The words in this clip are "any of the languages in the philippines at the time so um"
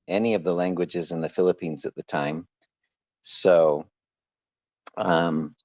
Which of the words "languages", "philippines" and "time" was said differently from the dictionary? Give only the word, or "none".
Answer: none